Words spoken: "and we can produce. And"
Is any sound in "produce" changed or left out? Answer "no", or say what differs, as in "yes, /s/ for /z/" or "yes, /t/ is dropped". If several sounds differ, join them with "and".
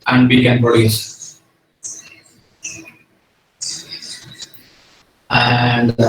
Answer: yes, /ɹ/ is dropped